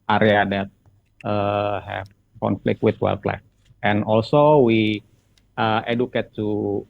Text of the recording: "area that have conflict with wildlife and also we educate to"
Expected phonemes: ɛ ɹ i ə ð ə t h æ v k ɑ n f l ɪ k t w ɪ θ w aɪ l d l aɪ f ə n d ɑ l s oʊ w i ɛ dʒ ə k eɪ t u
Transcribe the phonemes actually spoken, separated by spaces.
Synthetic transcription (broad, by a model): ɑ ɹ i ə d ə t h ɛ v k ɑ n f l ɪ k t w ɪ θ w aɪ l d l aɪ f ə n ɑ l s oʊ w i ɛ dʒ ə k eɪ t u